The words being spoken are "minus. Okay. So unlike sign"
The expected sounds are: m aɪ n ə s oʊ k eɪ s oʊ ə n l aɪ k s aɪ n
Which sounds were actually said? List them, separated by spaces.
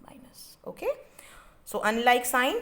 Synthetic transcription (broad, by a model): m aɪ n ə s oʊ k eɪ s oʊ ə n l aɪ k s aɪ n